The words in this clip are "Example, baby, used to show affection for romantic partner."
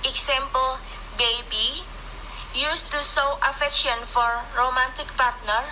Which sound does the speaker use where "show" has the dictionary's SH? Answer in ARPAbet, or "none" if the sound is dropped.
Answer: S